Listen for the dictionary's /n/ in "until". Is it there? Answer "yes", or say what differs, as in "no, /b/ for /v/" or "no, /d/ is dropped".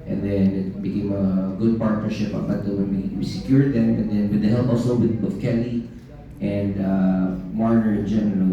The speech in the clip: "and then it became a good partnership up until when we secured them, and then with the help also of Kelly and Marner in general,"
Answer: no, /n/ is dropped